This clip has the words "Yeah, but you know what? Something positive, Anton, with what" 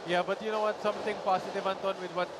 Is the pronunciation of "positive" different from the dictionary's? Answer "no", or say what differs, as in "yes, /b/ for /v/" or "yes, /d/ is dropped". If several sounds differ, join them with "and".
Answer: yes, /s/ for /z/